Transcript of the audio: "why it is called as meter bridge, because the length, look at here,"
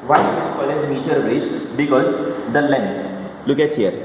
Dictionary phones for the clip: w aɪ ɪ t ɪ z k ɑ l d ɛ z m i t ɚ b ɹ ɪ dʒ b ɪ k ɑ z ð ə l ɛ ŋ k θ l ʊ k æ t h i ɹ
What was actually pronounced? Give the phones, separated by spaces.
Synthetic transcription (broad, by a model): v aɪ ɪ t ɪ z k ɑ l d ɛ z m i t ɚ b ɹ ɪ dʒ b ɪ k ɑ z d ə l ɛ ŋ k t l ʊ k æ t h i ɹ